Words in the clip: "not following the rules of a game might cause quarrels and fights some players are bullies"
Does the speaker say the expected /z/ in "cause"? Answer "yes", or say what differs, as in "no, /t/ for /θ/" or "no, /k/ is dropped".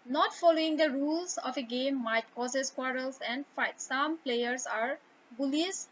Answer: no, /s/ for /z/